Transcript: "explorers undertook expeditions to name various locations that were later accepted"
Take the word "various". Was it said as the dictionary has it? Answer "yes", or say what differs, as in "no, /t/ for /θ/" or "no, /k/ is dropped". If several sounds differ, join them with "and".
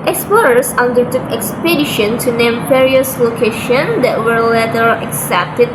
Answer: no, /p/ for /v/